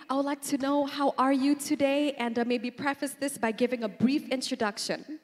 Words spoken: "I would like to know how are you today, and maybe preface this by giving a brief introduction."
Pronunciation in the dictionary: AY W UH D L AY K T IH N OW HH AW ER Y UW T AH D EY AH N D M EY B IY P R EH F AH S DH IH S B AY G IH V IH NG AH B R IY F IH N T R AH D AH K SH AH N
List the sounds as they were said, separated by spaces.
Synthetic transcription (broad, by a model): AY W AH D L AY K T IH N OW HH AW ER Y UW T AH D EY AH N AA M EY B IY P R EH F AH S DH IH S B AY G IH V IH NG AH B R IY F IH N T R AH D AH K SH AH N